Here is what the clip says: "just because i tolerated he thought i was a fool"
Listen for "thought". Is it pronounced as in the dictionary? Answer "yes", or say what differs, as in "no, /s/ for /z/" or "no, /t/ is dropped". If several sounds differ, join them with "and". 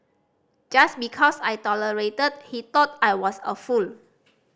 no, /t/ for /θ/